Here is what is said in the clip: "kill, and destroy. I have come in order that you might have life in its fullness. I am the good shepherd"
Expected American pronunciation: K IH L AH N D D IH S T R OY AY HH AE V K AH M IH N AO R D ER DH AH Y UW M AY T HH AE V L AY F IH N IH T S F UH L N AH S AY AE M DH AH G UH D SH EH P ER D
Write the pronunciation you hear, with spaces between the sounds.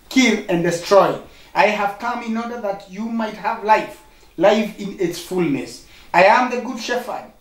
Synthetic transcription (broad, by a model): K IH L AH N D D IH S T R OY AY HH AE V K AH M IH N AO R D ER DH AH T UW M AY T HH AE V L AY F IH N IH T S F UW L N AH S AY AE M DH AH G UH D SH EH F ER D